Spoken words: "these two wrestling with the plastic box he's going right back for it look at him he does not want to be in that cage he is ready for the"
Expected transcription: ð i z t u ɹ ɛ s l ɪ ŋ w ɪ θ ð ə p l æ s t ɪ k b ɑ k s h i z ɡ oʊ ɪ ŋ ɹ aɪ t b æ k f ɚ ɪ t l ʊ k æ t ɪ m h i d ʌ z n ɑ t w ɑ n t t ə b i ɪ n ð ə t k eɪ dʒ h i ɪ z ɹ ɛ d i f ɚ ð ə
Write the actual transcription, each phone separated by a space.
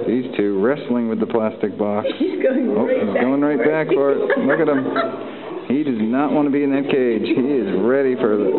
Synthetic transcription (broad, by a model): ð i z t u ɹ ɛ s l ɪ ŋ w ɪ ð ə p l æ s t ɪ k b ɑ k s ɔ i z ɡ oʊ ɪ ŋ ɹ aɪ t b æ k f ɚ ɪ t l ʊ k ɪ t ɪ m h i d ʌ z n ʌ t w ɑ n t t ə b i ɪ n ð ə t k eɪ dʒ h i ɪ z ɹ ɛ d i f ɚ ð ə